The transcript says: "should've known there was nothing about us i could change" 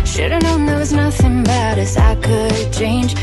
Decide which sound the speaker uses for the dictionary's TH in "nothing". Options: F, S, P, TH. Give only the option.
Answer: TH